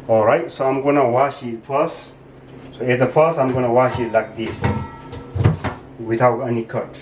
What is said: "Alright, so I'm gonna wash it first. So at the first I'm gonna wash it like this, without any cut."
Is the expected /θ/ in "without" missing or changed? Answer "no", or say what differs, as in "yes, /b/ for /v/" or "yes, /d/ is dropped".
yes, /t/ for /θ/